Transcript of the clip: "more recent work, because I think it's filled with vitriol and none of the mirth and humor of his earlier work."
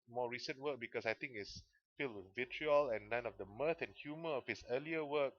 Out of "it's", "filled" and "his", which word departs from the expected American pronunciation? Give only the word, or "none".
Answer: his